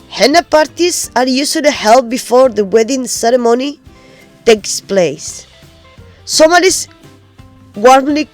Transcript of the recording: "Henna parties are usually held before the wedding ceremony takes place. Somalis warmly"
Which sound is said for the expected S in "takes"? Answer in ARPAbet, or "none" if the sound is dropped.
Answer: S